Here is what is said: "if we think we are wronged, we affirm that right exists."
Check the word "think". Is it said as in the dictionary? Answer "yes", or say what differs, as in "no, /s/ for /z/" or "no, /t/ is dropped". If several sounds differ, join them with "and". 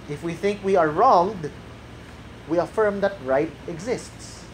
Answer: yes